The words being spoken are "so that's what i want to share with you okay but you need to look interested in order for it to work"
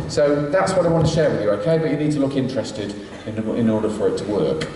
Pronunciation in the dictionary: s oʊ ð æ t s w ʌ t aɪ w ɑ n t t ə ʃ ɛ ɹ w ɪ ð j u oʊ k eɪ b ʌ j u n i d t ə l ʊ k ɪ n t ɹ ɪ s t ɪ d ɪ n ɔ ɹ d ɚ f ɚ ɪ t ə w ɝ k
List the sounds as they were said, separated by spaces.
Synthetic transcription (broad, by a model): s oʊ ð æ t s w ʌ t aɪ w ɑ n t t ə ʃ ɛ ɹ w ɪ ð j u oʊ k eɪ b ʌ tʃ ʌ n i d t ə l ʊ k ɪ n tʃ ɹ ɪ s t ɪ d ɪ n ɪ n d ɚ f ɚ ɪ t ə w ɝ k